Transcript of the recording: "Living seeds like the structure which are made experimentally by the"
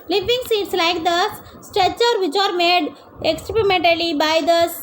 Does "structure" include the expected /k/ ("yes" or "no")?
no